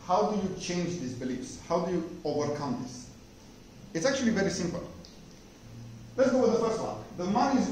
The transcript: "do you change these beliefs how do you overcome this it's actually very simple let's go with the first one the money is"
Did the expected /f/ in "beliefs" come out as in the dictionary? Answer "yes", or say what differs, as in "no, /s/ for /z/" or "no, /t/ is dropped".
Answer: yes